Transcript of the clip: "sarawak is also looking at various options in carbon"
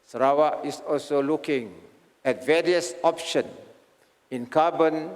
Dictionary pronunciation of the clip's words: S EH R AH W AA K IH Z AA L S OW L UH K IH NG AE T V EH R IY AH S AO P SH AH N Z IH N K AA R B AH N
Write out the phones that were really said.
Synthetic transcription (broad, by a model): S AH R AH W AA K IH S AA L S OW L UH K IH NG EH T V EH R IY AH S AO P SH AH N IH N K AA B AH N